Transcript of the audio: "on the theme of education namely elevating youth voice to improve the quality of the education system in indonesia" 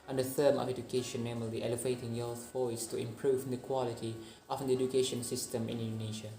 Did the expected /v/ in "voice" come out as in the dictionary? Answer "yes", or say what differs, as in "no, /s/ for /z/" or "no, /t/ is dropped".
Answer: no, /f/ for /v/